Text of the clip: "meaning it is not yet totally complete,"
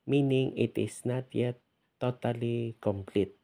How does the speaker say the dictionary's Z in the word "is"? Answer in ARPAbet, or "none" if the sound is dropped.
S